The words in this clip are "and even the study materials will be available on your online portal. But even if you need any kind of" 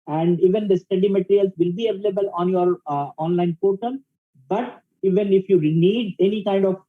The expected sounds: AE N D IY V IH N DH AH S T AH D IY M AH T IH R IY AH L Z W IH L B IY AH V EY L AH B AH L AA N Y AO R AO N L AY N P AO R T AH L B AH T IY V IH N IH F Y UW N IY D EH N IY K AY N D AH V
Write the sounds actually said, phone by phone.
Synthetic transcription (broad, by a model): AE N D IY V IH N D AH S T AH D IY M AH T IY R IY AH L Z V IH L B IY AH V EY L AH B AH L AA N Y AO R AO N L AY N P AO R T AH N B AH T IY V IH N IH F Y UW N IY D EH N IY K AY N D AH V